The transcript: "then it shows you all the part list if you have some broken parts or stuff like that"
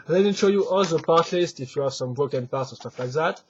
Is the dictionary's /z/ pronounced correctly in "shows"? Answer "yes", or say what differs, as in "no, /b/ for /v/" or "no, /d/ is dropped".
no, /z/ is dropped